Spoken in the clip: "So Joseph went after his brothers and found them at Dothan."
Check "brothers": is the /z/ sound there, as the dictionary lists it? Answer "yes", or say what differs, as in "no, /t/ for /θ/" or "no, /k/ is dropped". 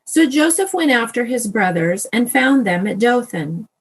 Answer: yes